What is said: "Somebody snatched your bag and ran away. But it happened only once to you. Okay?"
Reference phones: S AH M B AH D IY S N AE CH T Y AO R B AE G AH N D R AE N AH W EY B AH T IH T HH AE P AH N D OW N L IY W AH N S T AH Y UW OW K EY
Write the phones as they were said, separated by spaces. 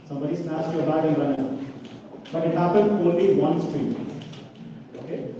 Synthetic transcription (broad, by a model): S AH M B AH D IY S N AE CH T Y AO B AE AH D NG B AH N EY B AH T IH T HH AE P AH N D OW L IY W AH N S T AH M OW K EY